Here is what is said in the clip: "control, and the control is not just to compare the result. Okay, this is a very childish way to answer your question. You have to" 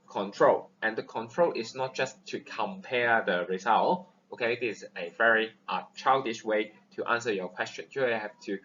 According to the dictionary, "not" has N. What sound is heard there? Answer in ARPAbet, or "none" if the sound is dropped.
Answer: N